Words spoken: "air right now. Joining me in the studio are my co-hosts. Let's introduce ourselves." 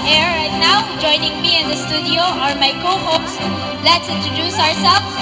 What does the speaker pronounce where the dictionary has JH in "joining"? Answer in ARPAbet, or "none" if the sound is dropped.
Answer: JH